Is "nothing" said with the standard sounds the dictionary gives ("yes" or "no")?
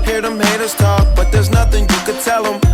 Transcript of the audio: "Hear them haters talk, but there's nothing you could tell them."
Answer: yes